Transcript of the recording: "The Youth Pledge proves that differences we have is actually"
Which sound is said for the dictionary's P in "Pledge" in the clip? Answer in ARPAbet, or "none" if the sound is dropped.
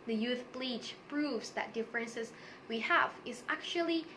B